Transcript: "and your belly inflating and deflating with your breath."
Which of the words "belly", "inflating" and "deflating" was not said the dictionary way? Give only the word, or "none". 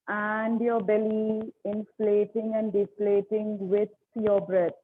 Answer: none